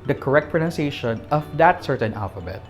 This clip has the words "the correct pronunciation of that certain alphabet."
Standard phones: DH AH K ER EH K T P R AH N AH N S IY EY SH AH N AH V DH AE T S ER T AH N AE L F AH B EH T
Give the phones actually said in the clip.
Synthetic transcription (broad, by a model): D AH K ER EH K T P R AH N AH N S IY EY SH AH N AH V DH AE T S ER T AH N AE L F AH B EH T